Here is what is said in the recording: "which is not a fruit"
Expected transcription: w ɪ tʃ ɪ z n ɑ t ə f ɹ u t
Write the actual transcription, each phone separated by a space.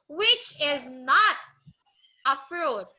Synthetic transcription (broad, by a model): w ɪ tʃ ɪ z n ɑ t ə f ɹ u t